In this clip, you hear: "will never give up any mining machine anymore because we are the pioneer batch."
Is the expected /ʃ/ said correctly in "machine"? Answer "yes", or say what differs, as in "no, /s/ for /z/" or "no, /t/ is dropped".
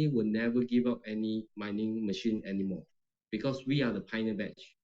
yes